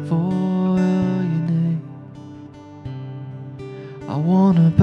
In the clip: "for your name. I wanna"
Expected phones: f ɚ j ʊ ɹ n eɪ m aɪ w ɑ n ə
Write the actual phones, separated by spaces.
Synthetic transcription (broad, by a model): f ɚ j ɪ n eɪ aɪ w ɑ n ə